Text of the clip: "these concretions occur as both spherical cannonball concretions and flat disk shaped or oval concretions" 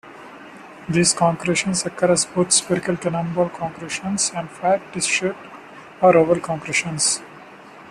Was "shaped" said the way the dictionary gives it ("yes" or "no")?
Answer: no